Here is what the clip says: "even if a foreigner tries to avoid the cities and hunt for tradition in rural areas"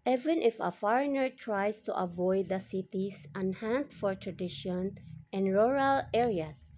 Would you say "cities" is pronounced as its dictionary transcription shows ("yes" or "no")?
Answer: no